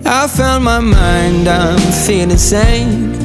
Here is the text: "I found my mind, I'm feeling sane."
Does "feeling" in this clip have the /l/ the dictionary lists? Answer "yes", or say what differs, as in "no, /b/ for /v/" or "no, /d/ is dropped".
no, /l/ is dropped